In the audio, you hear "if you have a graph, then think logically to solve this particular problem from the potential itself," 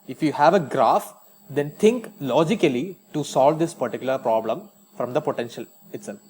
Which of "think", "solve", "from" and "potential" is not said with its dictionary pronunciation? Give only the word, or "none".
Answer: think